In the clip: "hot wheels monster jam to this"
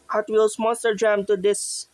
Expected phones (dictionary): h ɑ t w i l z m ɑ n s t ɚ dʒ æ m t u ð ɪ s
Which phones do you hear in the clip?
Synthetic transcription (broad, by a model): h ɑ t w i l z m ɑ s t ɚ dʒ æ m t u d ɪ s